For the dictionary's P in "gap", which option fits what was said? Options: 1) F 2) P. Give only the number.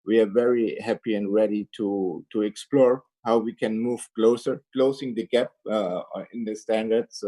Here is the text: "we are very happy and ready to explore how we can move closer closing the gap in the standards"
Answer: 2